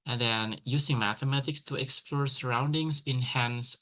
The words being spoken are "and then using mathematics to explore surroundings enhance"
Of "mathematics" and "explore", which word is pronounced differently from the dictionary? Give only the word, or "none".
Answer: none